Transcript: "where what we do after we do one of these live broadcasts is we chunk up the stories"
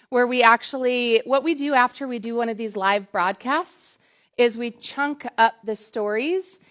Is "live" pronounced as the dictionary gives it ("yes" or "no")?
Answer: yes